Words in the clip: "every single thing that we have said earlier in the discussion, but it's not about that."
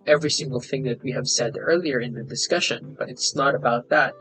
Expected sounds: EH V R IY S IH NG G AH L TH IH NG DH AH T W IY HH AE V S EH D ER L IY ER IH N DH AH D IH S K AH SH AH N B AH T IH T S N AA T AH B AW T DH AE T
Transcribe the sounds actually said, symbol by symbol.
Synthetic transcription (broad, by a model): EH V R IY S IH NG G AH L TH IH NG DH AH T W IY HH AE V S EH D ER L IY ER IH N DH AH D IH S K AH SH AH N B AH T IH T S N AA T AH B AW T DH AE T